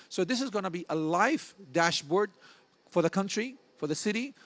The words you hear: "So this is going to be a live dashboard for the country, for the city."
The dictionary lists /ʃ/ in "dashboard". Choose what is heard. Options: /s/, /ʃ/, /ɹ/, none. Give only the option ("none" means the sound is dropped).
/ʃ/